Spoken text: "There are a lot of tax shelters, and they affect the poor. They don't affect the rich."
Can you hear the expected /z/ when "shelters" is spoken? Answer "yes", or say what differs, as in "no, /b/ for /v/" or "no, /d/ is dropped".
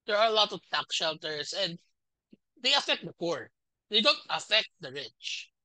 no, /s/ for /z/